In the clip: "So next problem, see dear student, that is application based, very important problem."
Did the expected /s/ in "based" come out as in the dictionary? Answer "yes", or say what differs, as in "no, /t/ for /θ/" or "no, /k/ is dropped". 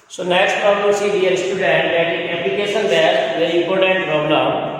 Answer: no, /s/ is dropped